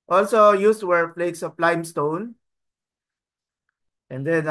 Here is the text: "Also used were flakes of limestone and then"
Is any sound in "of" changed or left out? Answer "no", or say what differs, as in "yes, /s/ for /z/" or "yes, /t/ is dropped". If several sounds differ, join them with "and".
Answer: yes, /p/ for /v/